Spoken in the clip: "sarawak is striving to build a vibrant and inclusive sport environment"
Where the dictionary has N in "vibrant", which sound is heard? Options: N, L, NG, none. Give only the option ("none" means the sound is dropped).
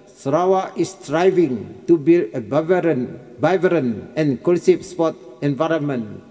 none